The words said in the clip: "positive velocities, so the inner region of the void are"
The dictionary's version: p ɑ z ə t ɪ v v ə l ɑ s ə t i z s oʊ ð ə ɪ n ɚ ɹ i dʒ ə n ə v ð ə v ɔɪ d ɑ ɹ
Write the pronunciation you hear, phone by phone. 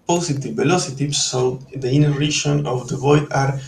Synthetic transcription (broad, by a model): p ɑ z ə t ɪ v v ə l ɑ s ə t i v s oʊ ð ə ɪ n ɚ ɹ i ʃ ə n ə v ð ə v ɔɪ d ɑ ɹ